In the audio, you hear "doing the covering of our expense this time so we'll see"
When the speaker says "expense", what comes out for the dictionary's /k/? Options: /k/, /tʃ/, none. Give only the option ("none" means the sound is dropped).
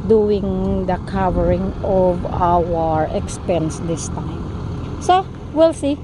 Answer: /k/